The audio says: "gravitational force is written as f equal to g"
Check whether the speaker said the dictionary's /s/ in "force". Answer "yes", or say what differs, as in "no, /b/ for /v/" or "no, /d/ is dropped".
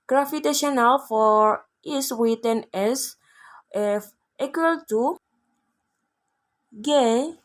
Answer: no, /s/ is dropped